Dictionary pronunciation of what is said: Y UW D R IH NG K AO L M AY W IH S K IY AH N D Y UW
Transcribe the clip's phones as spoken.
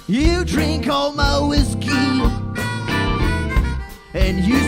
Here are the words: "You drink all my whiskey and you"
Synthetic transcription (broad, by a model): Y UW D R IH NG K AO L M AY W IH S K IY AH N Y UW